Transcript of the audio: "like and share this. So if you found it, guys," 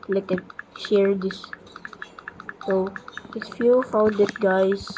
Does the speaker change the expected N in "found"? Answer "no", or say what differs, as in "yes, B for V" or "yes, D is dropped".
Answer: yes, N is dropped